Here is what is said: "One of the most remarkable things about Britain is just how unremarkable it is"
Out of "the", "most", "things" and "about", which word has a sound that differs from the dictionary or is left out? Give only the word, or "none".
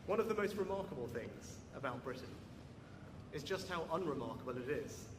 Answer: none